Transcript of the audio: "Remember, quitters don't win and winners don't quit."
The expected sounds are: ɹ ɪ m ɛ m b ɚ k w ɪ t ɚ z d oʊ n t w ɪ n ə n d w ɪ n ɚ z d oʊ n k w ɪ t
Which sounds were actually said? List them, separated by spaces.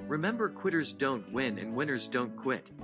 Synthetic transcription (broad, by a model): ɹ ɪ m ɛ m b ɚ k w ɪ t ɚ z d oʊ n t w ɪ n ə n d w ɪ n ɚ z d oʊ n k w ɪ t